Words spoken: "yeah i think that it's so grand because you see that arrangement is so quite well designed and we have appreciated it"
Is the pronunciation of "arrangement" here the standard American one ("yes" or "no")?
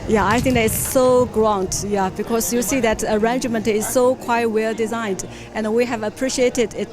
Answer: yes